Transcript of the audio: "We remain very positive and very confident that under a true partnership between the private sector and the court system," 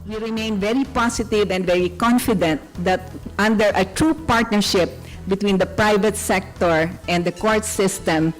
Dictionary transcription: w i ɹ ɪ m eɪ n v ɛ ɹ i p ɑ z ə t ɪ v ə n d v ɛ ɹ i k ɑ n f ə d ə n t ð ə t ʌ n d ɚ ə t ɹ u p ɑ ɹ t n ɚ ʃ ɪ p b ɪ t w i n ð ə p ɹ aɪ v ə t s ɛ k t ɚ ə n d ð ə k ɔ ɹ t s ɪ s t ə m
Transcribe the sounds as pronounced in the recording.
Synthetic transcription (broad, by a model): w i ɹ ɪ m eɪ n v ɛ ɹ i p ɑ s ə t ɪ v ə n d v ɛ ɹ i k ɑ n f ə d ə n t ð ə t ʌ n d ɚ ə t ɹ u p ɑ ɹ t n ɚ ʃ ɪ p b ɪ t w i n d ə p ɹ aɪ v ə t s ɛ k t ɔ ə n d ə k ɔ ɹ t s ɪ s t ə m